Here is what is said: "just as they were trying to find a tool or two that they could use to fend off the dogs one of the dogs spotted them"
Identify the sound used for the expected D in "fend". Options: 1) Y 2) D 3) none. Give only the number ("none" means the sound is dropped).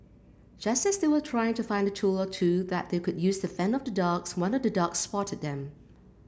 3